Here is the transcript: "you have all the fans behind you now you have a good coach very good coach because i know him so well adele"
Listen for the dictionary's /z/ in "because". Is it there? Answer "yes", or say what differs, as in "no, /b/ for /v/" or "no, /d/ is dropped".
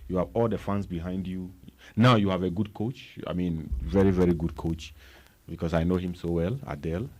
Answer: no, /s/ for /z/